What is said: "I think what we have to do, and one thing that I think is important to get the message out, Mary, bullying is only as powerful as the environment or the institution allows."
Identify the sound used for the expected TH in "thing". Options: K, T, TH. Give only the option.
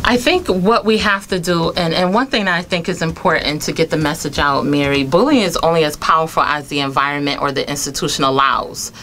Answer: TH